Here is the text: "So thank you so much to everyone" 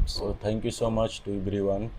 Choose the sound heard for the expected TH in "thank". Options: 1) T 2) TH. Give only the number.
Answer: 1